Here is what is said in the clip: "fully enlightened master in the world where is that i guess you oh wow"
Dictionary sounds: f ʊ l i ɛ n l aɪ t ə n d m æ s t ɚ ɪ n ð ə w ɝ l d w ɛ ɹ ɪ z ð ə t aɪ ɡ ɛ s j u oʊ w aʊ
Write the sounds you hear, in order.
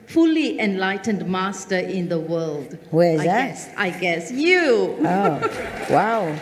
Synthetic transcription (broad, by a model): f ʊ l i ɛ n l aɪ t ə n d m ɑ s t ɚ ɪ n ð ə w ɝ l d w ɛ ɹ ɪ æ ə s aɪ ɡ ɛ s j u oʊ w aʊ